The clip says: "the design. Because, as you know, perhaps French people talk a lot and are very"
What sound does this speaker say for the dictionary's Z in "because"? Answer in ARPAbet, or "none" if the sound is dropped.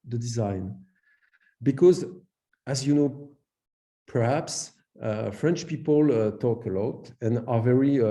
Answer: Z